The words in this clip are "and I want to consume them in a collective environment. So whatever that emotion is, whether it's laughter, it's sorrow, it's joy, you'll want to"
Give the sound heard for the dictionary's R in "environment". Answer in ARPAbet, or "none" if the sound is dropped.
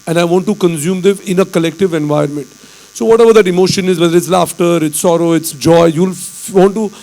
none